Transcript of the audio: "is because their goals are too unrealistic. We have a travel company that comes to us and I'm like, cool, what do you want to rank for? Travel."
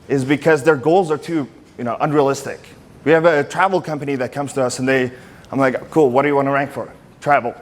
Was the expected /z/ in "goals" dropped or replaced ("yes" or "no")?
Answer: no